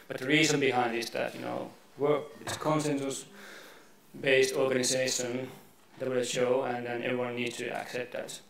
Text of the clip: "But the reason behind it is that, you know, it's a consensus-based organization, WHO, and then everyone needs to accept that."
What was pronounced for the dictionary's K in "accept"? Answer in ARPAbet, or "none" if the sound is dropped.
K